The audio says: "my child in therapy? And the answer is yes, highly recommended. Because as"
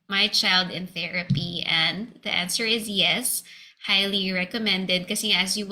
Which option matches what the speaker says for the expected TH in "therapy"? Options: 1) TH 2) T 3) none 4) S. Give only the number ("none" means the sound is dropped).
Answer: 1